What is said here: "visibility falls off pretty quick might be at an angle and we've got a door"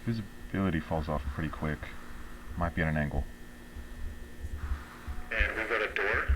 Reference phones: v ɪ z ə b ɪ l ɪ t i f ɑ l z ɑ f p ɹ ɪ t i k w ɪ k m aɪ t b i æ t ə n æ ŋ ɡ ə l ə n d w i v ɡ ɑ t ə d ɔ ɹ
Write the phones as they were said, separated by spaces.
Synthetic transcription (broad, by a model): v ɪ z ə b ɪ l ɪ t i f ɑ l z ɑ f p ɹ ɪ t i k w ɪ k m aɪ t b i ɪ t ə n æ ŋ ɡ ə l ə n w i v ɡ ɑ t ə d ɔ ɹ